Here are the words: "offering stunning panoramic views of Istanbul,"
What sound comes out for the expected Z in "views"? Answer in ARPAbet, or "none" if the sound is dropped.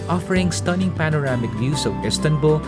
S